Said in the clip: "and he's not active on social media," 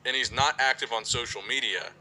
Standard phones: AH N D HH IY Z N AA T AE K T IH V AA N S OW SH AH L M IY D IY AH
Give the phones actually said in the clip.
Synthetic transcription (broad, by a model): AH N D HH IY Z N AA T AE K T IH V N S OW SH L M IY D IY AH